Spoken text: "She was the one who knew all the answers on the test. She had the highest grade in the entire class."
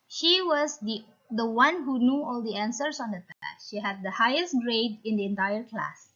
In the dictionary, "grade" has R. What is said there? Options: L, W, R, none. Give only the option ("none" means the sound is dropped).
R